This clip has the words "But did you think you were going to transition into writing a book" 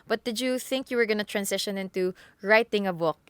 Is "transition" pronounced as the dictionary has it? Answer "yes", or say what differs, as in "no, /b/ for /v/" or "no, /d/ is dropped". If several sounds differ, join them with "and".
no, /s/ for /z/